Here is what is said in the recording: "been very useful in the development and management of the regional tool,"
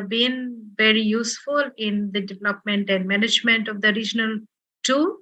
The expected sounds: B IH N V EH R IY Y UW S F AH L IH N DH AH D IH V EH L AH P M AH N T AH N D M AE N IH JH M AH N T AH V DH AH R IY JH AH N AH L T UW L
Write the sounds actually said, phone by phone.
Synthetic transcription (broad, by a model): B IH N V EH R IY Y UW S F AH L IH N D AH D IH V EH L AH P M AH N T AH N D M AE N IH JH M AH N T AH V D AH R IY JH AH N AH L T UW